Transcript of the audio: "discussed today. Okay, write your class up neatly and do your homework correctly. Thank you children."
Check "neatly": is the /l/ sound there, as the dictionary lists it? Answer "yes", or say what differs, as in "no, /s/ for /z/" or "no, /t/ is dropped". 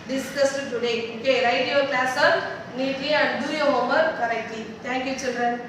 no, /l/ is dropped